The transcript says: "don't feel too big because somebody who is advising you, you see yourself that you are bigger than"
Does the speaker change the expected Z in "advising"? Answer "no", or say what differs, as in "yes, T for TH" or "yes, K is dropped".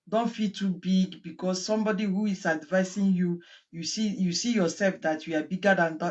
yes, S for Z